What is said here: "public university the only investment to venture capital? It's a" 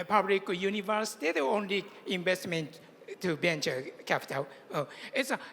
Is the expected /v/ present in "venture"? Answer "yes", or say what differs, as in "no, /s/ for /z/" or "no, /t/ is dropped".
no, /b/ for /v/